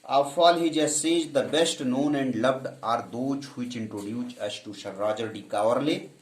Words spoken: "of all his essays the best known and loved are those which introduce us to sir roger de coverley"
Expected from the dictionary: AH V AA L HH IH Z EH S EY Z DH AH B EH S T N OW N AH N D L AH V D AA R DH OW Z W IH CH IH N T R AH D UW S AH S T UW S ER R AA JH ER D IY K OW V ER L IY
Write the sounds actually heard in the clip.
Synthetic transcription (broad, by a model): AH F AA L HH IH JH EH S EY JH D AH B EH S T N OW N AH N D L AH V D AA R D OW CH W IH CH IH N T R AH D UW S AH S T UW SH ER R AA JH ER D IY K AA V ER L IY